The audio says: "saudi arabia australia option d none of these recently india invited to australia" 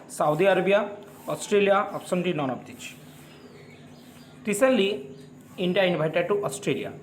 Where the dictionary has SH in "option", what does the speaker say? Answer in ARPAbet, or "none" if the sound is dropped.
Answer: S